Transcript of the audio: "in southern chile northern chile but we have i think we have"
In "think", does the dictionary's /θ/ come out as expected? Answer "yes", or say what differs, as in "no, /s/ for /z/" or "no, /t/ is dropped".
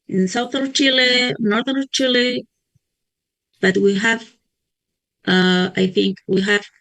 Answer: yes